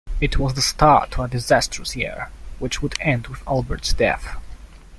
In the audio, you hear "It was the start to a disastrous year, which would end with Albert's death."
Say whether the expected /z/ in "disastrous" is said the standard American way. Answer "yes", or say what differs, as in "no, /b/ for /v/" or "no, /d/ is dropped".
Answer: yes